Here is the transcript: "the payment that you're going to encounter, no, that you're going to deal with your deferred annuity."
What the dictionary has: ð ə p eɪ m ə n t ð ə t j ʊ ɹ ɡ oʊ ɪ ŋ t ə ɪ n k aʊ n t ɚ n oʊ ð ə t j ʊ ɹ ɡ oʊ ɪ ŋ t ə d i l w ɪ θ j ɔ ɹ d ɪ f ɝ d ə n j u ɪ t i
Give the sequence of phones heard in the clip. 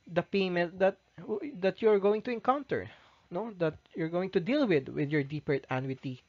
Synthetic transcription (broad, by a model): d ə p eɪ m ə n t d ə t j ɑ ɹ ɡ oʊ ɪ ŋ t ə ɪ n k aʊ n t ɚ n oʊ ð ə t j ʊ ɹ ɡ oʊ ɪ ŋ t ə d i l w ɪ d j ɔ ɹ d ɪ p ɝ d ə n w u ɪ t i